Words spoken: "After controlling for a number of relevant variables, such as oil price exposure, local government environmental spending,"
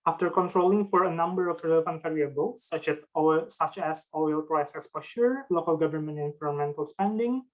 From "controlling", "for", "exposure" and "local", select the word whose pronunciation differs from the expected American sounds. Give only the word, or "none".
exposure